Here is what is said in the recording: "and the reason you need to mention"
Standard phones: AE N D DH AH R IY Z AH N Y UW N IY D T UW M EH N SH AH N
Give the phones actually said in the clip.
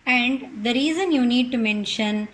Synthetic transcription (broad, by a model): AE N D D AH R IY Z AH N Y UW N IY D T UW M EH N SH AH N